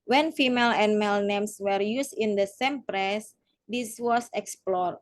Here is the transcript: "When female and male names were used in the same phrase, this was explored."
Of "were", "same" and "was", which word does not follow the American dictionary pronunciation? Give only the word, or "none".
was